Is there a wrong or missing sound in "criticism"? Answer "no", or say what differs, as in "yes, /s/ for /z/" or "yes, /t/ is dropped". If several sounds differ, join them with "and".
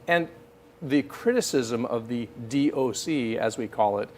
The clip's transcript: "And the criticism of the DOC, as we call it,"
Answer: no